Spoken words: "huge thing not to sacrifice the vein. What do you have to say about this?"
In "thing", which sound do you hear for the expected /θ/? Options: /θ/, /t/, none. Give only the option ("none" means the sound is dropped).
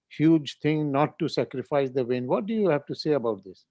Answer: /t/